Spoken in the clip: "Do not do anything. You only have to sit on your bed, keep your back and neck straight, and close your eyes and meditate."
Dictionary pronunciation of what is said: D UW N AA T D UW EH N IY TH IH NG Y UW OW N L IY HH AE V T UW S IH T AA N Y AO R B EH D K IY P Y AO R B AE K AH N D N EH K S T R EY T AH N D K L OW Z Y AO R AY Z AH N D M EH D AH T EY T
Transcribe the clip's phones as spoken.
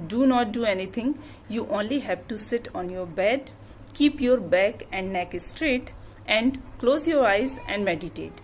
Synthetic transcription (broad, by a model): D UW N AA T D UW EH N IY T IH NG Y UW OW N L IY HH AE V T UW S IH T AA N Y AO R B EH D K IY P Y AO R B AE K AH N D N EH K S T R EY T AH N D K L OW Z Y AO R AY Z AH N D M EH D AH T EY T